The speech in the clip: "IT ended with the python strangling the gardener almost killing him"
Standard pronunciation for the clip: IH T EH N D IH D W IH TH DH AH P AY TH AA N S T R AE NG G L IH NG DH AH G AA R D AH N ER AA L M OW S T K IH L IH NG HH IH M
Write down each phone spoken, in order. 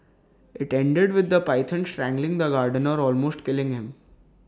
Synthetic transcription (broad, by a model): IH T EH N D IH D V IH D AH P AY T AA N S T R AE NG G L IH NG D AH G AA R D AH N ER AA L M OW S T K IH L IH NG HH IH M